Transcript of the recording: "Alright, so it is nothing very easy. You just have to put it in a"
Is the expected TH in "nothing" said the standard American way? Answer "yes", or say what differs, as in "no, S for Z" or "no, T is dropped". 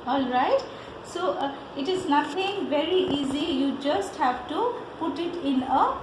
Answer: no, T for TH